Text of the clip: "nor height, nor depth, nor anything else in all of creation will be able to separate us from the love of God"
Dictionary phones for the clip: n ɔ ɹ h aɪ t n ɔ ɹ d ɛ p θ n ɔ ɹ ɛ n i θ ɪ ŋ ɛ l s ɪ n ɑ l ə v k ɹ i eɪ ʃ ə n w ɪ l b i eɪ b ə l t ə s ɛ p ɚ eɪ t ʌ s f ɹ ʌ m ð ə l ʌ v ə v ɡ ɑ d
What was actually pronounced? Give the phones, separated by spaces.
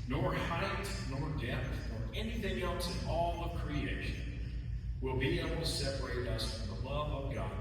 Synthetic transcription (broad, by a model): n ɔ ɹ h aɪ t n ɔ ɹ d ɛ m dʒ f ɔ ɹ ɛ n i θ ɪ ŋ ɛ l s ɪ n ɑ l ə v k ɹ i eɪ ʃ ə n w ɪ l b i eɪ b l t ə s ɛ p ɚ eɪ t ʌ s f ɹ ʌ m ð ə l ʌ v ə v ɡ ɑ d